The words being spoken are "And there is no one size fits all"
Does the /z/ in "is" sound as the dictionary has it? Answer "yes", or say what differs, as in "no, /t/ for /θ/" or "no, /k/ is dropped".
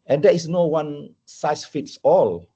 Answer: no, /s/ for /z/